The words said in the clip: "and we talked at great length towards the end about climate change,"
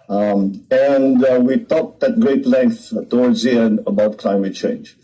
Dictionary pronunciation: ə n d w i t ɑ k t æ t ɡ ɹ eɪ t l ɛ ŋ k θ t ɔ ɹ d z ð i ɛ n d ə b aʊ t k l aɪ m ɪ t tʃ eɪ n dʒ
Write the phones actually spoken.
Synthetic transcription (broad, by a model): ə n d w i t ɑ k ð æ t ɡ ɹ eɪ t l ɛ ŋ k θ t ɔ ɹ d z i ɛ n ə b aʊ t k l aɪ m ɪ t tʃ eɪ n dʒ